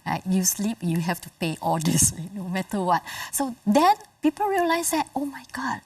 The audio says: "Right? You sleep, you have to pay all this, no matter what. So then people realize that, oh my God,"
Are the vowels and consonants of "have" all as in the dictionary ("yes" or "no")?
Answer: no